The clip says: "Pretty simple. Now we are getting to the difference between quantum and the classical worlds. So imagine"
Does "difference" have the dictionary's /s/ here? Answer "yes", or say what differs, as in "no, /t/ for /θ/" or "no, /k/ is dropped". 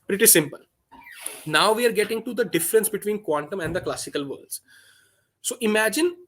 yes